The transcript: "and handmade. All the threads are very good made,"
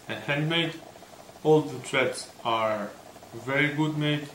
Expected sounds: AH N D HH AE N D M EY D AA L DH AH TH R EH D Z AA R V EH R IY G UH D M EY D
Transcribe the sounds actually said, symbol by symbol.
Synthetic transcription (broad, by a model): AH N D HH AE N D M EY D AA L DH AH T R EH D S AA R V EH R IY G UH D M EY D